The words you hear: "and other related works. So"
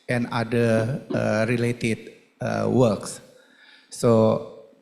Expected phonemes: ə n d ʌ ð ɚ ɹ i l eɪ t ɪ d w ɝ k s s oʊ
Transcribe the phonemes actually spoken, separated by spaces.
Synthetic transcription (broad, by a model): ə n d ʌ ɚ ɹ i l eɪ t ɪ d w ɝ k s s oʊ